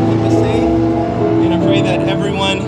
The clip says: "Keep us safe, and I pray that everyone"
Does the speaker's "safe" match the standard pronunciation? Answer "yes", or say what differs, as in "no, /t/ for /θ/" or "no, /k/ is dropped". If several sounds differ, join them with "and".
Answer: no, /f/ is dropped